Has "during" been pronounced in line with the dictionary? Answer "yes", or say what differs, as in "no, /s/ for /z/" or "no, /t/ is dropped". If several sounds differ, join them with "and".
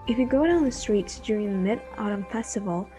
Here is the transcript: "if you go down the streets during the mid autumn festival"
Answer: yes